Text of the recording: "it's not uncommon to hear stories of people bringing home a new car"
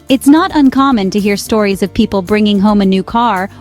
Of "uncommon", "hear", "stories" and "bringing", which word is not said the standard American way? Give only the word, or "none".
none